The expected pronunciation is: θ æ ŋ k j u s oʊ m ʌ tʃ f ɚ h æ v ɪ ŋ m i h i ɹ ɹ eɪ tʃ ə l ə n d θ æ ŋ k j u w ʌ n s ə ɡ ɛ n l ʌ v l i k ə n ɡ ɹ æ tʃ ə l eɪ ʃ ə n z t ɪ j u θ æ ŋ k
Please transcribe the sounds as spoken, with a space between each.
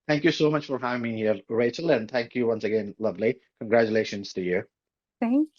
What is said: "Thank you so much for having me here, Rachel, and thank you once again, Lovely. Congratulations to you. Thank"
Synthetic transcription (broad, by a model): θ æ ŋ k j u s oʊ m ʌ tʃ f ɚ h æ v ɪ ŋ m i h i ɹ ɹ eɪ tʃ ə l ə n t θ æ ŋ k j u w ʌ n s ə ɡ ɛ n l ʌ v l i k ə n ɡ ɹ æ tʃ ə l eɪ ʃ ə n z t ɪ j u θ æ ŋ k